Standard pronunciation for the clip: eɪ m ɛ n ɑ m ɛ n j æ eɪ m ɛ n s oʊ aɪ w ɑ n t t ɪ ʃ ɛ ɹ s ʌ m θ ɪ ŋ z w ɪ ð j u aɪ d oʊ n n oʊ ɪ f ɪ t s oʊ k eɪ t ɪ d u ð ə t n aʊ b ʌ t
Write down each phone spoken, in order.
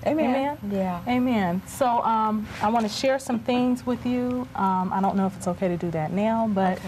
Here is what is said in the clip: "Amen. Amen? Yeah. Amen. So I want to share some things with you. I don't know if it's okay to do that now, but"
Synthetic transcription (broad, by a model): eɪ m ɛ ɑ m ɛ n j æ eɪ m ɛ n s oʊ aɪ w ɑ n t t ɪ ʃ ɛ ɹ s ʌ m θ ɪ ŋ z w ɪ ð j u aɪ d oʊ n n oʊ ɪ f ɪ t s oʊ k eɪ t ɪ d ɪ ð ə t n aʊ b ʌ t